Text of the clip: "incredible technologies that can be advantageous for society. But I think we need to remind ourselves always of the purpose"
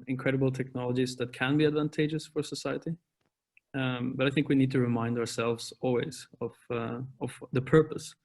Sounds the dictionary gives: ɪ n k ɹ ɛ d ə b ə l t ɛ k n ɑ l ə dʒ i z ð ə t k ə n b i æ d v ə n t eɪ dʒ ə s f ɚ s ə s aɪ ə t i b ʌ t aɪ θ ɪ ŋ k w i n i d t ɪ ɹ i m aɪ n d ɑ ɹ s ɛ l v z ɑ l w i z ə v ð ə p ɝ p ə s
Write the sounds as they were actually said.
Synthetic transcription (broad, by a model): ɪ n k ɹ ɛ d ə b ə l t ɛ k n ɑ l ə dʒ i z ð ə t k ə n b i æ d v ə n t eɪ dʒ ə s f ɚ s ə s aɪ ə t i b ʌ t aɪ θ ɪ ŋ k w i n i d t ɪ ɹ i m aɪ n d ɑ ɹ s ɛ l v z ɑ l w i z ə v ð ə p ɝ p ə s